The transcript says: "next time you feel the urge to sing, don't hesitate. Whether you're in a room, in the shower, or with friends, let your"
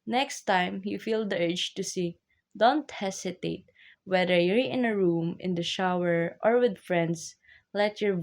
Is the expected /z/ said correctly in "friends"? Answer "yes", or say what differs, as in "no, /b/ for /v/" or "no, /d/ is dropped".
no, /s/ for /z/